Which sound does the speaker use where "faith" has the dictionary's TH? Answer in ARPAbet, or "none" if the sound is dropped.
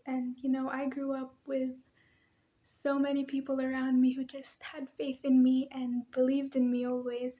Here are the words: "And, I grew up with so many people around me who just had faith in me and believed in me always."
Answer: TH